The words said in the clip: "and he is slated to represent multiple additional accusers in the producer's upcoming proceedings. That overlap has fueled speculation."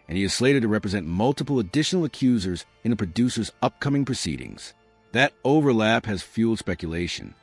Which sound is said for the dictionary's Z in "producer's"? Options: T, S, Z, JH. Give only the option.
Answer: Z